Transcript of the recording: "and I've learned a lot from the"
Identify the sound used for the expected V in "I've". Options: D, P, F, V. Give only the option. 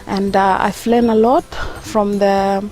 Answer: F